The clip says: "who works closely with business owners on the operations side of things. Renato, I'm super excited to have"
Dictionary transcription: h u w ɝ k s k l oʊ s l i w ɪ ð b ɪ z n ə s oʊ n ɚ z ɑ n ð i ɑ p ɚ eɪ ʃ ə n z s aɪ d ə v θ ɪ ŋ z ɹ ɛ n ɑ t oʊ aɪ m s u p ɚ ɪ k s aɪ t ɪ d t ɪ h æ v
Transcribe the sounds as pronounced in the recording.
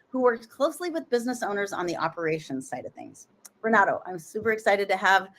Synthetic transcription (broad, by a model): h u w ɝ k s k l oʊ s l i w ɪ ð b ɪ z n ə s oʊ n ɚ z n ð i ɑ p ɚ eɪ ʃ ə n s aɪ d ə v θ ɪ ŋ z ɹ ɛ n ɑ t oʊ aɪ m s u p ɚ ɪ k s aɪ t ɪ d t ɪ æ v